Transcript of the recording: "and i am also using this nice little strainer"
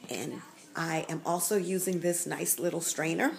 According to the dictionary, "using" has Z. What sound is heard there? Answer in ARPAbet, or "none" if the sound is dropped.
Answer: Z